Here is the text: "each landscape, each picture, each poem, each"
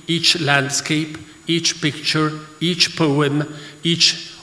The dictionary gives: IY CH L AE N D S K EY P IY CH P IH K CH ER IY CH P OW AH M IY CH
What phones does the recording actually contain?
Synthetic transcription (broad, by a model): IY CH L AE N D S K EY P IY CH P IH K CH ER IY CH P OW AH M IY CH